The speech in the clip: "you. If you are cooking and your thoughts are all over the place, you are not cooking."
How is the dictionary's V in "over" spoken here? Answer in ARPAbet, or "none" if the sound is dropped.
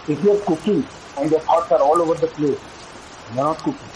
V